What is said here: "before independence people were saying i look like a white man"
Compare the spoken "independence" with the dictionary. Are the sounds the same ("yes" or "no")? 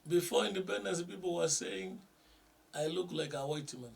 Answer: no